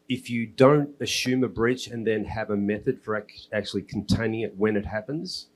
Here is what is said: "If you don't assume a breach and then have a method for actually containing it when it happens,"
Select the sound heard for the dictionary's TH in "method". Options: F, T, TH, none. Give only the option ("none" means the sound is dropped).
TH